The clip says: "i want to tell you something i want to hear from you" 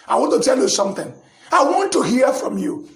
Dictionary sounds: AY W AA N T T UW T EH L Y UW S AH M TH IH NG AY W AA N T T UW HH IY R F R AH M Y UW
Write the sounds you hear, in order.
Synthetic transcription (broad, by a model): AY W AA N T T UW T EH L Y UW S AH M TH IH NG AY W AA N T T UW HH IY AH F R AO M Y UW